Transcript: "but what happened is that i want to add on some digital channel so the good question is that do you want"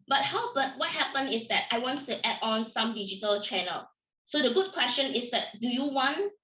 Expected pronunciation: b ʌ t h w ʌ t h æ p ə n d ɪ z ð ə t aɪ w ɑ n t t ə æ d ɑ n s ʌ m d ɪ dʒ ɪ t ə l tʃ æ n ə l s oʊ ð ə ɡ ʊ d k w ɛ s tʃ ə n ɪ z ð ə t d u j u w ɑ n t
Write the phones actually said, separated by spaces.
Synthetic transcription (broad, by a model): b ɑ t h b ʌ t h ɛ p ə n ɪ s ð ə t aɪ w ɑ n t t ə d ɑ n s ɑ m d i dʒ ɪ t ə l tʃ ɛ n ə l s oʊ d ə ɡ ʊ d k w ɛ s tʃ ə n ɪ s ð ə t d u j u w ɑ n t